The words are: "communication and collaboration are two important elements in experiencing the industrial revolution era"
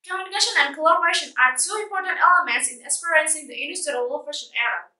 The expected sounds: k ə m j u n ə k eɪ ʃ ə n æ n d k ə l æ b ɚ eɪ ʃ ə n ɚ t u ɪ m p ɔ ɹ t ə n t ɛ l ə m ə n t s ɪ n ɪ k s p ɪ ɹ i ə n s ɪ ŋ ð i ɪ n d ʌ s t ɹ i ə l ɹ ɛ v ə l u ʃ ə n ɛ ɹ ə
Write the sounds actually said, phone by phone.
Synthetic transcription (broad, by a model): k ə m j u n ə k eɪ ʃ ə n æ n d k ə l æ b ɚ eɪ ʃ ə n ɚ t u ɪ m p ɔ ɹ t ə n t ɛ l ə m ə n t s ɪ n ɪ s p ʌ ɹ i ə s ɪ ŋ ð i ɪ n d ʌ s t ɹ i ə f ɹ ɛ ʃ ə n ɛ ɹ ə